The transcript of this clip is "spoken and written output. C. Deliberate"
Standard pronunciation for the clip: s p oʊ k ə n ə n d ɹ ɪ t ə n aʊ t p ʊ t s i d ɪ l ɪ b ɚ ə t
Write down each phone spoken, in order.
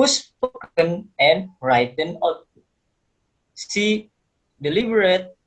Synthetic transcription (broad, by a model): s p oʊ k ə n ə n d ɹ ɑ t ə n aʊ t u s i d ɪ l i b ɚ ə t